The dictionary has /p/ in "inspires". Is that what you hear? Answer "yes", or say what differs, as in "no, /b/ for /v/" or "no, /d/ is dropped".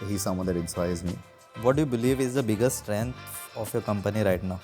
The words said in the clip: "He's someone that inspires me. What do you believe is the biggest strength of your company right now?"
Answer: no, /p/ is dropped